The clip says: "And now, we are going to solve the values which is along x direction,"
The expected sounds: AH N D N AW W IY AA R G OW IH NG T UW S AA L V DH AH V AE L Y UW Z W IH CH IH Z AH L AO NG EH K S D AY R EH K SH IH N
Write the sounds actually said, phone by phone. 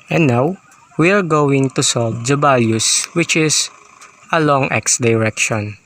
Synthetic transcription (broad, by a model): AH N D N AW W IY AA R G OW IH NG T UW S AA L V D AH B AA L Y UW S W IH CH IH S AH L AO NG EH K S D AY R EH K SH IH N